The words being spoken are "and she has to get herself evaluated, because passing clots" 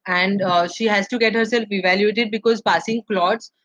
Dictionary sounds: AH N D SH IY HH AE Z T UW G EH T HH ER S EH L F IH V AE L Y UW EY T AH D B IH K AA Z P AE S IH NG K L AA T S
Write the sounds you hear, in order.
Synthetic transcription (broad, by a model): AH N D SH IY HH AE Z T UW G EH T HH ER S EH L F IH V AE L Y UW EY T AH D B IH K AA Z P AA S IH NG K L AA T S